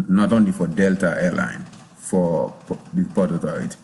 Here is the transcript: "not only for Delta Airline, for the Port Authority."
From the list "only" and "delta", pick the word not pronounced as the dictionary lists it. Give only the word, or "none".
none